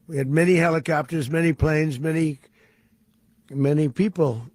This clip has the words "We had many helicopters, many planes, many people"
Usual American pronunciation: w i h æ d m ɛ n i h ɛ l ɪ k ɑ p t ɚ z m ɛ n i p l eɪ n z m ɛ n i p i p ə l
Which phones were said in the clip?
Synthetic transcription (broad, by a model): w i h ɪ d m ɛ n i h ɛ l ɪ k ɑ p t ɚ z m ɛ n i p l eɪ n z m ɛ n i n i p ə l